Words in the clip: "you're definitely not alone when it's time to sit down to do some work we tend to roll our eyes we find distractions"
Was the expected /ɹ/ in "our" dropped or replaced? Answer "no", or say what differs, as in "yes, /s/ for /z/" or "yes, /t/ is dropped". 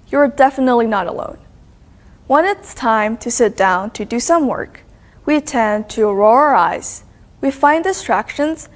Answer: no